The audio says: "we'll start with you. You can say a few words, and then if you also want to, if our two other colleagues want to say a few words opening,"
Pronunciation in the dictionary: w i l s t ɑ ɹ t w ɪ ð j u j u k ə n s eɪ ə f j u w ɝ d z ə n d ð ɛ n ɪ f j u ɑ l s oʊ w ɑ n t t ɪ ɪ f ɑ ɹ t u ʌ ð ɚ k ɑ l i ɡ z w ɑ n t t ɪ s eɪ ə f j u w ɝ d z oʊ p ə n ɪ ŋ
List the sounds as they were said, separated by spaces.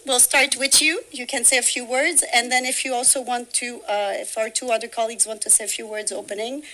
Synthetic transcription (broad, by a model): w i l s t ɑ ɹ t w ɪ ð j u j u k ə n s eɪ ə f j u w ɝ d z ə n ð ɛ n ɪ f j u ɑ l s oʊ w ɑ n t t ɪ ɪ f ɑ ɹ t u ʌ ð ɚ k ɑ l i ɡ z w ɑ n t t ɪ s eɪ ə f j u w ɝ d z oʊ p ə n ɪ ŋ